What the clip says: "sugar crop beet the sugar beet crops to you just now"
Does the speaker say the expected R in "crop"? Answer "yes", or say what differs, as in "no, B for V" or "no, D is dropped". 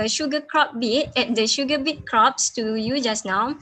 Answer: yes